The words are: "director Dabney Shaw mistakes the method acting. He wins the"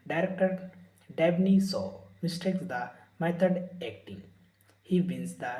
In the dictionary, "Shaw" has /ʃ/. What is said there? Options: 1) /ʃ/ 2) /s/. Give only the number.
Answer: 2